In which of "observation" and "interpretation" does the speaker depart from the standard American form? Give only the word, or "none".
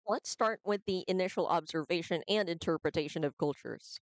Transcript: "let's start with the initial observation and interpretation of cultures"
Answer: none